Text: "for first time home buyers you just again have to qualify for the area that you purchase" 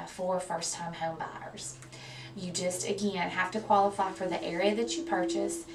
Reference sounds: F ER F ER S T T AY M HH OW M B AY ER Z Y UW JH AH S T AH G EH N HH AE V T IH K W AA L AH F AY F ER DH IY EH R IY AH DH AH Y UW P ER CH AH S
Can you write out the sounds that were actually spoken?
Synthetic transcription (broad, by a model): F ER F ER S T T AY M HH OW M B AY ER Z Y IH JH AH S T AH G EH N HH AE F T IH K W AA L AH F AY F ER DH IY EH R IY AH DH AH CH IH P ER CH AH S